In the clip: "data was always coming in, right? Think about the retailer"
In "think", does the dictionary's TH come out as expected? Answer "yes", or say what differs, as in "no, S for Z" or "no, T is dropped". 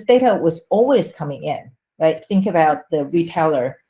yes